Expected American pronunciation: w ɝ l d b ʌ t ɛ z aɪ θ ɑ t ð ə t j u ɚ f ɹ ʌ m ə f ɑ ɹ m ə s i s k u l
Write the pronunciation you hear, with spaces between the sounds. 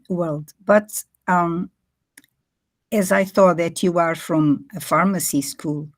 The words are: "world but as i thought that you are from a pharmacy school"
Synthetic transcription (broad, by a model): w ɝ l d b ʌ t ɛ z aɪ θ ɑ t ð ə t j u ɚ f ɹ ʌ m ə f ɑ ɹ m ə s i s k u l